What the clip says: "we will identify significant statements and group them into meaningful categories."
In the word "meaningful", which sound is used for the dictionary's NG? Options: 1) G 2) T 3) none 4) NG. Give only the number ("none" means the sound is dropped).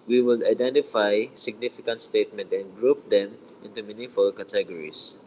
3